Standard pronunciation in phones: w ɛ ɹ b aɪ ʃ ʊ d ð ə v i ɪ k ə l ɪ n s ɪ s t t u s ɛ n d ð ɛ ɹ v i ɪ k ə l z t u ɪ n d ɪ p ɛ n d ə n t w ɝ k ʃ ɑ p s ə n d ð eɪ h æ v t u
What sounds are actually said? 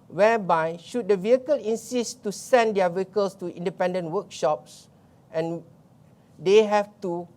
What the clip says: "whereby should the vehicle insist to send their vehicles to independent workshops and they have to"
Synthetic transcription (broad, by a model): w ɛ b aɪ ʃ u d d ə v i ɪ k ə l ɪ n s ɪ s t t u s ɛ n d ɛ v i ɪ k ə l s t u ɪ n d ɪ p ɛ n d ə n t w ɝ k ʃ ɑ p s ə n d eɪ h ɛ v t u